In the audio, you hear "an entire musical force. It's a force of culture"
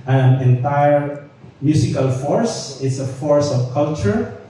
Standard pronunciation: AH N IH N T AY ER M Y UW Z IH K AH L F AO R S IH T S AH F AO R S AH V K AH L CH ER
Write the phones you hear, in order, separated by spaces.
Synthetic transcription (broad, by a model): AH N IH N T AY ER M Y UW S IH K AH L F AO R S IH T S AH F AO R S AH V K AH L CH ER